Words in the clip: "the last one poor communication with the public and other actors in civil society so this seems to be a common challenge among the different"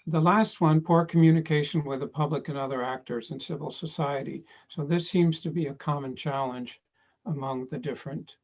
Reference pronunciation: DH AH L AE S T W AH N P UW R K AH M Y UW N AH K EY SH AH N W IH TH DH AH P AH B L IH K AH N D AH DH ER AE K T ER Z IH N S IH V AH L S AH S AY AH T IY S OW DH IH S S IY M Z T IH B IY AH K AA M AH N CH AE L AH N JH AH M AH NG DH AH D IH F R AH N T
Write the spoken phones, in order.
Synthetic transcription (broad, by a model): DH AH L AE S T W AH N P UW R K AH M Y UW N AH K EY SH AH N W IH DH AH P AH B L IH K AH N AH DH ER AE K T ER Z IH N S IH V L S AH S AY AH T IY S OW DH IH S S IY M Z T IH B IY AH K AA M AH N CH AE L AH N JH AH M AH NG DH AH D IH F R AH N T